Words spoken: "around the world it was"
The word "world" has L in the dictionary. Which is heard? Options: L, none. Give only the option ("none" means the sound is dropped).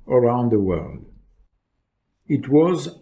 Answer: L